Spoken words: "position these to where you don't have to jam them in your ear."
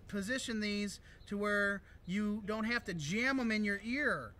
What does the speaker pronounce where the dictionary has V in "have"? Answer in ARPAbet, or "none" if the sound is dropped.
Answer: F